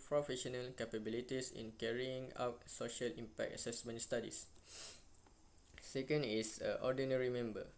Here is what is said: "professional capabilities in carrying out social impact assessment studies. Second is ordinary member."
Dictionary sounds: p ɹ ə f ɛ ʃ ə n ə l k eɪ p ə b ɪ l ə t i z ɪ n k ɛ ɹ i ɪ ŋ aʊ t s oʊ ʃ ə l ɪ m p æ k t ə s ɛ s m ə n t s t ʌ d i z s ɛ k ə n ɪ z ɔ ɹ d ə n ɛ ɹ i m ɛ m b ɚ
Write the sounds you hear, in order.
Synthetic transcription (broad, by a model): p ɹ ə f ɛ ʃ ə n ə l k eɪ p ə b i l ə t i s ɪ n k ɛ ɹ i ɪ ŋ aʊ t s oʊ ʃ ə l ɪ m p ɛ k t ə s ɛ s m ə n t s t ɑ d i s s ɛ k ə n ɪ s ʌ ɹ d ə n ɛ ɹ i m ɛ m b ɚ